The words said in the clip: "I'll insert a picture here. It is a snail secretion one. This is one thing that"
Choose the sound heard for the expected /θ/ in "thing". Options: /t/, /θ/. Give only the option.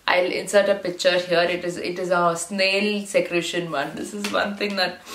/t/